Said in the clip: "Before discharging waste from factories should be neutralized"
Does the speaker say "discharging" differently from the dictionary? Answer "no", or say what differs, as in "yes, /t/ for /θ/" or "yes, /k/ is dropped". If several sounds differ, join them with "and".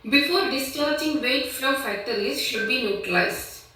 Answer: no